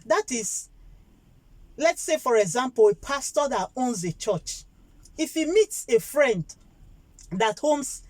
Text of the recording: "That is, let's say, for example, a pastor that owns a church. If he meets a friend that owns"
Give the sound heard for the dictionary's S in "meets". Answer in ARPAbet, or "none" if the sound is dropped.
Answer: S